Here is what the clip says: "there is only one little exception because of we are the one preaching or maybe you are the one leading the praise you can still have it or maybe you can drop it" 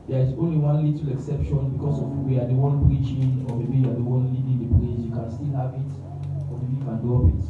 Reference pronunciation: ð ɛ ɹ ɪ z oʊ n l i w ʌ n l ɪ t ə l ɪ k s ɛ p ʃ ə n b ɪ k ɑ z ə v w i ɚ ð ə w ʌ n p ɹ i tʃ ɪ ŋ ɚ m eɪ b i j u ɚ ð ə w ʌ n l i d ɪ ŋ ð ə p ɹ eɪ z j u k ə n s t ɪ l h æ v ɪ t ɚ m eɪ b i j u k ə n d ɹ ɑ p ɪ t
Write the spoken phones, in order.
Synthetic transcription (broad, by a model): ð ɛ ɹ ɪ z oʊ n l i w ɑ n l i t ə l ɪ k s ɛ p ʃ ə n b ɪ k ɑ s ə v w i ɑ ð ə w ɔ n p ɹ i tʃ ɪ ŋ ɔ m eɪ b i j u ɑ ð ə w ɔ n l i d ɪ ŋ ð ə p l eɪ s j u k ə n s t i l h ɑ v ɪ t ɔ m eɪ b i j u k ə n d ɑ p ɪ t